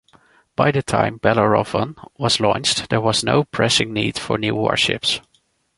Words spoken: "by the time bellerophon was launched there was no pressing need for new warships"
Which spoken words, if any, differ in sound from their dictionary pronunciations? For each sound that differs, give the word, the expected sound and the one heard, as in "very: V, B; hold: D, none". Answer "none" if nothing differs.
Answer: none